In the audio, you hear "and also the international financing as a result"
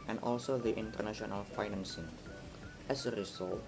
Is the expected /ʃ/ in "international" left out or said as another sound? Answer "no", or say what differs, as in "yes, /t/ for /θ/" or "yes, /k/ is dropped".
no